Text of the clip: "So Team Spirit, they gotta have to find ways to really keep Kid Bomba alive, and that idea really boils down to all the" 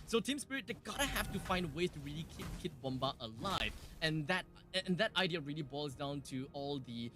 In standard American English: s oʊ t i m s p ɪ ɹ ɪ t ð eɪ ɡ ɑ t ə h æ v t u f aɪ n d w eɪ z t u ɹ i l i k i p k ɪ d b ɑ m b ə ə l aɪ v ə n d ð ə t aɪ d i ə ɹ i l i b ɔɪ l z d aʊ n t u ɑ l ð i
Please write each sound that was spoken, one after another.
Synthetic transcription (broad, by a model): s oʊ t i m s p ɪ ɹ ɪ t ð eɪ ɡ ɑ t ə h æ f t u f aɪ n d w eɪ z t u ɹ i l i k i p k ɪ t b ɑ m b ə ə l aɪ v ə n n ð ə t aɪ d i ə ɹ i l i b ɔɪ l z d aʊ n t u ɑ l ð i